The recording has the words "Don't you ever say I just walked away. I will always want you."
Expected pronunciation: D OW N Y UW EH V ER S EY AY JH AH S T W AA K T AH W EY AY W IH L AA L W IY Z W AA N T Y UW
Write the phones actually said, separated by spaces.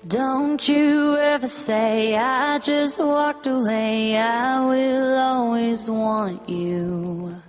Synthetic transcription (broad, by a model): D OW N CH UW EH V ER S EY AY JH AH S T W AA K T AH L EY AY W IH L AA L W IY Z W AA N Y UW